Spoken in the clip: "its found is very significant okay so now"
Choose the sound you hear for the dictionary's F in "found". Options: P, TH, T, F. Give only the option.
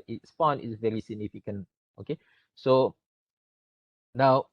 P